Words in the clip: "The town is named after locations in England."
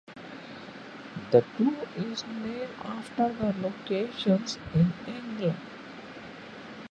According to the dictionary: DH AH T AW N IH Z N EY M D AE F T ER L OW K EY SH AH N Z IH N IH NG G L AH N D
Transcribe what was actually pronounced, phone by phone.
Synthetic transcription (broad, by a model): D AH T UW IH Z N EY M AE F T ER L OW K EY SH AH N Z IH N IH NG G L AH N D